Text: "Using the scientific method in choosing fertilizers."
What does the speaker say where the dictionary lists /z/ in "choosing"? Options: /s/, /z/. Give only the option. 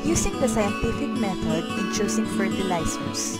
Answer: /s/